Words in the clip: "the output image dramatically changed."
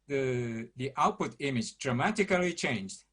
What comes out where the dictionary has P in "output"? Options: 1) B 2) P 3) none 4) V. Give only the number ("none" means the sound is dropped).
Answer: 2